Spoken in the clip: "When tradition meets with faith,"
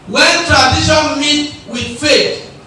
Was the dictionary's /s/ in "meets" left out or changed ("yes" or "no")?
yes